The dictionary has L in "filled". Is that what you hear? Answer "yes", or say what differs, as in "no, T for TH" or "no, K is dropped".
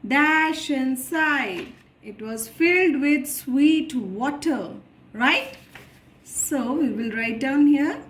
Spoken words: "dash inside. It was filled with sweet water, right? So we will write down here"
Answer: yes